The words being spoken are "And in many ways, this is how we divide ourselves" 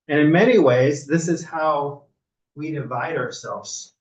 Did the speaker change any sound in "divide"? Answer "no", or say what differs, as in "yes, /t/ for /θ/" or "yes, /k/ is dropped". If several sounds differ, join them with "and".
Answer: no